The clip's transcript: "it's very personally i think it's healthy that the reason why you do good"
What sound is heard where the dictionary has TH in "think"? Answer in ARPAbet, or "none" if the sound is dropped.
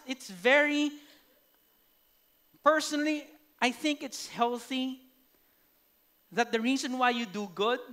TH